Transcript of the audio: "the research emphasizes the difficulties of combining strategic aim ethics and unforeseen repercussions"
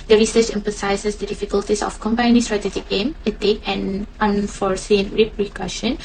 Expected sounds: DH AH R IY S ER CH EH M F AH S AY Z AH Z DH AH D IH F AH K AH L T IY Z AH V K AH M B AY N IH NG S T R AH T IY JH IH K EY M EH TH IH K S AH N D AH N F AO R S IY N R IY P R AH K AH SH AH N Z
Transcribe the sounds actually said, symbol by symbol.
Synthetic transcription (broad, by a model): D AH R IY S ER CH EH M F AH S AY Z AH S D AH D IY F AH K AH L T IY S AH F K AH M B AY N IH S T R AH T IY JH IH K EY M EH T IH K AH N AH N F AO R S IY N R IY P R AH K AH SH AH N